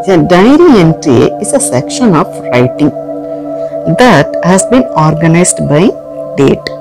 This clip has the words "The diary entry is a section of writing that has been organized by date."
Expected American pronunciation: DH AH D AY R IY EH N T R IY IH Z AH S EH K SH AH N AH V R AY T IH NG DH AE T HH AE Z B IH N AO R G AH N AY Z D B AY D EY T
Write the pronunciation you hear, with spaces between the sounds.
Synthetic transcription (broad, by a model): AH D AY R IY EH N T IY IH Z AH S EH K SH AH N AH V R AY T IH NG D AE T HH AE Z B IH N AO R G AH N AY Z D B AY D EY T